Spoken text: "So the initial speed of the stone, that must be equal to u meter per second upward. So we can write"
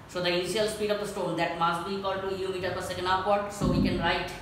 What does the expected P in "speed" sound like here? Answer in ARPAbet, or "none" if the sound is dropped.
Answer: P